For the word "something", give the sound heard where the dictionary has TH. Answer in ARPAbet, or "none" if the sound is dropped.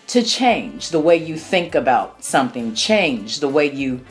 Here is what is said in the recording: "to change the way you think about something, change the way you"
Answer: TH